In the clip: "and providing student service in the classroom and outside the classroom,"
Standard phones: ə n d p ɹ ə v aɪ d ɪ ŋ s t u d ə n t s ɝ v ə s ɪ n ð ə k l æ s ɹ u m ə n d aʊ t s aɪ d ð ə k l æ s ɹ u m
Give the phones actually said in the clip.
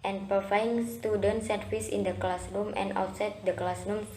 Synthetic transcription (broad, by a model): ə n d p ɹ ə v aɪ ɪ ŋ s t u d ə n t s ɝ f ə s ɪ n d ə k l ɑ s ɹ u m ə n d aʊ t s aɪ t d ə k l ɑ s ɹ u m